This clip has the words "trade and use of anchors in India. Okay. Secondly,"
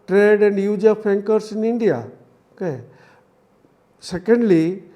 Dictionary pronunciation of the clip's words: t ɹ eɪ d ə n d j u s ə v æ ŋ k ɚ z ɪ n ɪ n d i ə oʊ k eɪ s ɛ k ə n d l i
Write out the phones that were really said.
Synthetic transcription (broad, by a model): t ɹ eɪ d ə n d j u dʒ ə p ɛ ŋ k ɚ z ɪ n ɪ n d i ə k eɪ s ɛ k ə n d l i